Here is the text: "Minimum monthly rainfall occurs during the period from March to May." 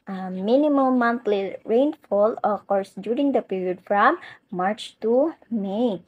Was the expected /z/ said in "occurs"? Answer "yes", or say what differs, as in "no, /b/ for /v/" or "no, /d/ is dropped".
no, /s/ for /z/